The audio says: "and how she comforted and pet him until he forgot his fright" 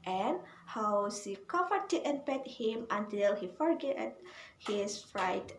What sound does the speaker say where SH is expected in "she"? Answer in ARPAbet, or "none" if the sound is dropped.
S